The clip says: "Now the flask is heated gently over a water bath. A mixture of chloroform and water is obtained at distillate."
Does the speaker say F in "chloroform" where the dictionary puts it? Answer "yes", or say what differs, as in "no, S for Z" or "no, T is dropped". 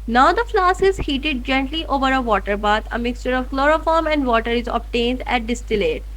yes